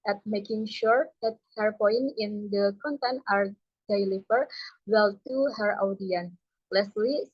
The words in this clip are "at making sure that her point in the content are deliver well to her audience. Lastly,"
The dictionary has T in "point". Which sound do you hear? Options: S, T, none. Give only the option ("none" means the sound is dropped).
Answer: none